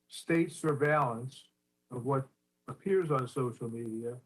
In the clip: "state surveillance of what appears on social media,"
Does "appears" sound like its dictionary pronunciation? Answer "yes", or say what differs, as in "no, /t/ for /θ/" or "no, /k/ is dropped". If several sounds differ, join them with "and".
yes